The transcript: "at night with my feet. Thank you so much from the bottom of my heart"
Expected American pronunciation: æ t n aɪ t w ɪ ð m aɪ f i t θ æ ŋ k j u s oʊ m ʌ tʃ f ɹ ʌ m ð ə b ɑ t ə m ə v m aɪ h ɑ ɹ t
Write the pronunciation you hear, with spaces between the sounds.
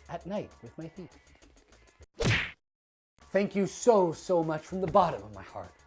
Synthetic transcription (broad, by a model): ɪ t n aɪ t w ɪ ð m aɪ f i t θ æ ŋ k j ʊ s oʊ m ʌ tʃ f ɹ ʌ m ð ə b ɑ t ə m ə v m aɪ h ɑ ɹ t